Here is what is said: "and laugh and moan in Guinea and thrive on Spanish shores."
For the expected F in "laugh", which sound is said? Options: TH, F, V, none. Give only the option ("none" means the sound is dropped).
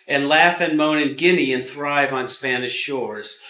F